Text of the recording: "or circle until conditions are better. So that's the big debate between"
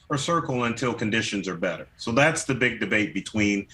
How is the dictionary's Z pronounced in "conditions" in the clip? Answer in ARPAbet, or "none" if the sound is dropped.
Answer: Z